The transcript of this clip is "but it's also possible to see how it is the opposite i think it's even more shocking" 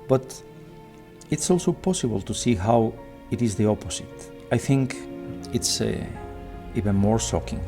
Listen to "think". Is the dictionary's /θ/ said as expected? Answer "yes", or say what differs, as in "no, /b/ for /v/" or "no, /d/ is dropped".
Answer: yes